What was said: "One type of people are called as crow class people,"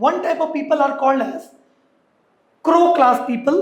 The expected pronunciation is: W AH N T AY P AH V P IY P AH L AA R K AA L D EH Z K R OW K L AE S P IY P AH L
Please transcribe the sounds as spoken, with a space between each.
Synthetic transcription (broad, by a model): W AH N T AY P AH V P IY P AH L AA R K AA L D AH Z K R OW K L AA S P IY P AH L